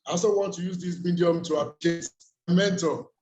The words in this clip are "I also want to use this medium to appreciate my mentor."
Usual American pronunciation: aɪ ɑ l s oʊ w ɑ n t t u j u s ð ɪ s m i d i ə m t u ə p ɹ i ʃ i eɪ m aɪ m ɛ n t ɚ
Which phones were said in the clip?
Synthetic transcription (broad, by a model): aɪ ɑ s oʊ w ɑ n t t u j u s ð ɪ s m i d i ə m t u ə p l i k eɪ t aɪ m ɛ n t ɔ